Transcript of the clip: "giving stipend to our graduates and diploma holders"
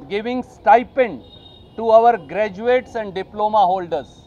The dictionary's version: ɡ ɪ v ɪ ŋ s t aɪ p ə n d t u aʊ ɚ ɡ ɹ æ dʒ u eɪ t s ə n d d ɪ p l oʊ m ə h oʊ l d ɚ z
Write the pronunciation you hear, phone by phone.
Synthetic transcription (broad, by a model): ɡ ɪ v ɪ ŋ s t aɪ p ə n d t u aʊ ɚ ɡ ɹ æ dʒ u eɪ t s ə n d d ɪ p l oʊ m ə h oʊ l d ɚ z